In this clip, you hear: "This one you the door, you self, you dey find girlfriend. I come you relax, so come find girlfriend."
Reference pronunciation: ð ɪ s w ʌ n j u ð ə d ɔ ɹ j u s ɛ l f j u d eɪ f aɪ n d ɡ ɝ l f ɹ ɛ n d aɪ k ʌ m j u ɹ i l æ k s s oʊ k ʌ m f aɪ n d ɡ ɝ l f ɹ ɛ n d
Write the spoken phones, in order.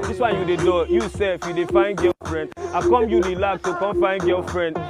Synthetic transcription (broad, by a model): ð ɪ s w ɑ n j u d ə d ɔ j u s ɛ f j u d eɪ f aɪ n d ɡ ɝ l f ɹ ɛ n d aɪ k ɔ m j u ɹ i l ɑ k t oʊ k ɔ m f aɪ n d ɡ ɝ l f ɹ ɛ n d